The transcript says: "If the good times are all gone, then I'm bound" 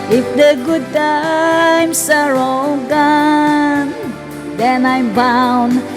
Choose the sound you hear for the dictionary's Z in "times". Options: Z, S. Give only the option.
S